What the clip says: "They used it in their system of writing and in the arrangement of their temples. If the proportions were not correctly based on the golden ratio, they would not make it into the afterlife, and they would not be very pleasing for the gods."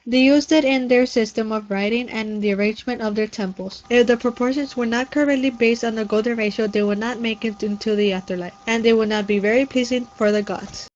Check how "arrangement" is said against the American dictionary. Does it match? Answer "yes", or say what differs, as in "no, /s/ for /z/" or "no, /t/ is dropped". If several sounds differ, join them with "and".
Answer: yes